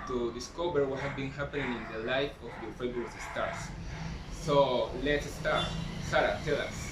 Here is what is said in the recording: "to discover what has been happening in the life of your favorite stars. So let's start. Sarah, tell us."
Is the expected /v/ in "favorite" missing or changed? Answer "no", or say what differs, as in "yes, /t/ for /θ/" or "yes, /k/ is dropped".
yes, /b/ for /v/